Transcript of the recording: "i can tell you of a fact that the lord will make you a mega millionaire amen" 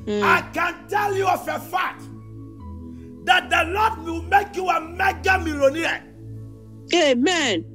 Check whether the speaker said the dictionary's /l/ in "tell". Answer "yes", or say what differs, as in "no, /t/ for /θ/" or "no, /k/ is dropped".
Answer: yes